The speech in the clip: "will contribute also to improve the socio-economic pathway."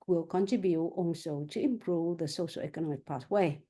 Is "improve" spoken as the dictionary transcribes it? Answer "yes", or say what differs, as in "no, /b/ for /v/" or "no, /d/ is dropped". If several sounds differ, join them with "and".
yes